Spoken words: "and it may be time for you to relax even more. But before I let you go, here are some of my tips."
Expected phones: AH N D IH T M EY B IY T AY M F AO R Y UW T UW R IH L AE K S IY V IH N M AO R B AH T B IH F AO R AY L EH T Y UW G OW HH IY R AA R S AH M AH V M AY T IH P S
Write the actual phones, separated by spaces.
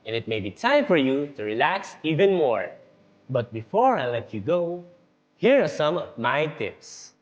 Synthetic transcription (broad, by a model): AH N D IH T M EY B IY T AY M F AO R Y UW T UW R IH L AE K S IY V IH N M AO R B AH T B IH F AO R AY L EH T Y UW G OW HH IY R AA R S AH M AH V M AY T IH P S